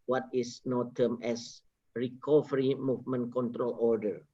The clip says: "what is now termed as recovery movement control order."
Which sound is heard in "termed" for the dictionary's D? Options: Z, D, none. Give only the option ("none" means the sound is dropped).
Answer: none